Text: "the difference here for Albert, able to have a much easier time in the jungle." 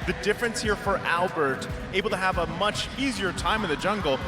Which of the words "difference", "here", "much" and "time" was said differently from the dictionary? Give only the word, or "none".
none